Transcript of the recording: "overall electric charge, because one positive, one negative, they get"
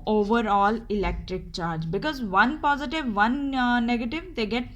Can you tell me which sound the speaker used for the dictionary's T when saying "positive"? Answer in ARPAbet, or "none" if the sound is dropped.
T